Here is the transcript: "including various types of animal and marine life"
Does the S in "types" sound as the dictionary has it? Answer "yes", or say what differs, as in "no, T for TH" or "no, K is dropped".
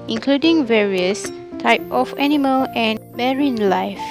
no, S is dropped